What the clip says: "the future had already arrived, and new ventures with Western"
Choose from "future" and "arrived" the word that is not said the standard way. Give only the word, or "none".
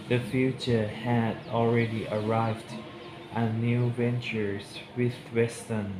none